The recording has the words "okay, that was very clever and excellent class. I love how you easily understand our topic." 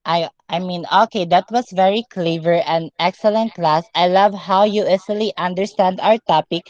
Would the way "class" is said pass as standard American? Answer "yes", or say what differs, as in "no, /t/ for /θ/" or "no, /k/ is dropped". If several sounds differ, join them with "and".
yes